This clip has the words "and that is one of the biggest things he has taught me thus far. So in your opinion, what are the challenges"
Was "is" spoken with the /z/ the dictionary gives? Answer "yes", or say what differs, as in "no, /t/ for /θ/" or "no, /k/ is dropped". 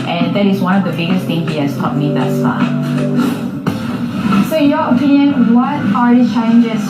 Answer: yes